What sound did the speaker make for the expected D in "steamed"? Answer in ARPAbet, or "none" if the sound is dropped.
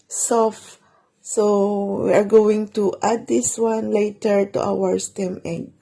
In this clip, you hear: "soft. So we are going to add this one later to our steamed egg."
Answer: none